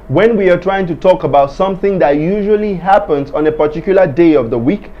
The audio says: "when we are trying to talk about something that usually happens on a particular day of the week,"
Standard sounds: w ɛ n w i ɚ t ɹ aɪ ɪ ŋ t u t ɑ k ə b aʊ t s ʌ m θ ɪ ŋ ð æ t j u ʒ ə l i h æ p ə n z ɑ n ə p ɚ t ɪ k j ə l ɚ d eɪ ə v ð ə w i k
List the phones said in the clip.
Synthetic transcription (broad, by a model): w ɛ n w i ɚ t ɹ aɪ ɪ ŋ t u t ɑ k ə b aʊ t s ʌ m θ ɪ ŋ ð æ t j u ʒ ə l i h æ p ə n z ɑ n ə p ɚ t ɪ k j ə l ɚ d eɪ ə v ð ə w i k